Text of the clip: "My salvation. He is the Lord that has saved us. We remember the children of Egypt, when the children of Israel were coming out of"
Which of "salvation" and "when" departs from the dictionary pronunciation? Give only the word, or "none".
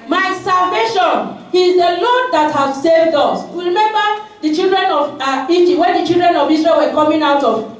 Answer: none